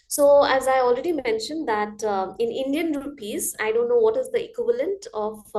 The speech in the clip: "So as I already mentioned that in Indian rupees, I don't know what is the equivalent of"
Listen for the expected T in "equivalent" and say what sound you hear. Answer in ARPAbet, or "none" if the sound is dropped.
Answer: T